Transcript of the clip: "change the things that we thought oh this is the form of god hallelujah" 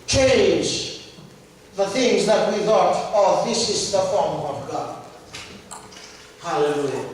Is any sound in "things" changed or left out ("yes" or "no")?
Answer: no